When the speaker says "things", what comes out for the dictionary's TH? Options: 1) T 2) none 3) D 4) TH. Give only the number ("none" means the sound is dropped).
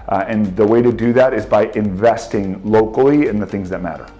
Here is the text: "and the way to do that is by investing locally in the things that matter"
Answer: 4